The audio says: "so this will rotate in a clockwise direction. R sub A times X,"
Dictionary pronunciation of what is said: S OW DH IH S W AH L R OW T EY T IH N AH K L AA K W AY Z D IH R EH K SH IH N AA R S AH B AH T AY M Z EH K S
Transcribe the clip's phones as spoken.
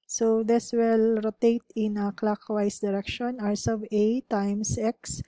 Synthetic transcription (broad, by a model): S OW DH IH S W AH L R OW T EY T IH N AH K L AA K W AY S D IH R EH K SH IH N AA R S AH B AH T AY M S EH K S